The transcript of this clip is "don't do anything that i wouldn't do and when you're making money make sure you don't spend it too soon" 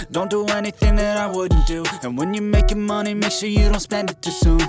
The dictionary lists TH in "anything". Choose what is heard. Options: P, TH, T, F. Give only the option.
TH